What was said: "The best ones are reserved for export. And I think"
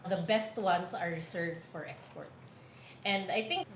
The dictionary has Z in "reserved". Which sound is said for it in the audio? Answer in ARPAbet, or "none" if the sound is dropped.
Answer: S